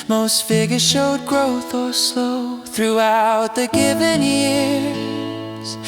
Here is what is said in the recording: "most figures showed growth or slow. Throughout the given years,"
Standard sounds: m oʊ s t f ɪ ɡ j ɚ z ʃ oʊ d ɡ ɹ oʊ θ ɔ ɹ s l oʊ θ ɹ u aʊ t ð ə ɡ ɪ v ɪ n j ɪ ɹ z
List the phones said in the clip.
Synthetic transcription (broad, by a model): m oʊ s t f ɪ ɡ j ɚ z ʃ oʊ d ɡ ɹ oʊ θ ɔ l s oʊ θ ɹ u aʊ t ð ə ɡ ɪ v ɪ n j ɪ ɹ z